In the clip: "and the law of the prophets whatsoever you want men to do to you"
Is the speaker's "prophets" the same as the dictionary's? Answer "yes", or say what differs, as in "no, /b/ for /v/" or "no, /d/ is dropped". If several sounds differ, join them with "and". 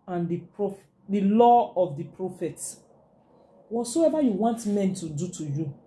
no, /s/ is dropped